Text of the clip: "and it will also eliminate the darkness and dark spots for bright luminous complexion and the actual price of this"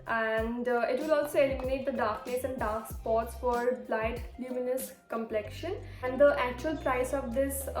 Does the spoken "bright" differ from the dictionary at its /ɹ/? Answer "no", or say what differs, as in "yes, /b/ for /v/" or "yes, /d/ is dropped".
yes, /l/ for /ɹ/